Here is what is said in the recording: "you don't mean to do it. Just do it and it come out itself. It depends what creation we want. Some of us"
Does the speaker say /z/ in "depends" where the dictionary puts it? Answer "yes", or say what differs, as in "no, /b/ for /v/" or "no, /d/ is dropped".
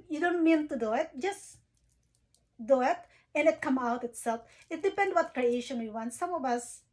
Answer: no, /z/ is dropped